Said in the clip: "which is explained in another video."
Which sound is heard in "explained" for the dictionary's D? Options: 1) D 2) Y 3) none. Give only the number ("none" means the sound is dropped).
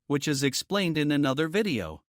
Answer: 1